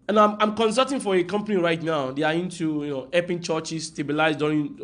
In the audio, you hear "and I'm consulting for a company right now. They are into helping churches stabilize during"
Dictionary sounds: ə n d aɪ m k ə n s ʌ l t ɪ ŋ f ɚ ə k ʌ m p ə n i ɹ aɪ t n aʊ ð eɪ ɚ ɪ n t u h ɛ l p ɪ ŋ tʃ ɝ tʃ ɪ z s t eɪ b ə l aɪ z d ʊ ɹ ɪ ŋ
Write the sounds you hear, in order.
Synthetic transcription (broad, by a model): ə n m aɪ m k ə n s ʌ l t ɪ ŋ f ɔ ə k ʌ m p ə n i ɹ aɪ t n aʊ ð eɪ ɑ ɪ n t u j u n p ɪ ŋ tʃ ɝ tʃ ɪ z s t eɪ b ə l aɪ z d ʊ ɹ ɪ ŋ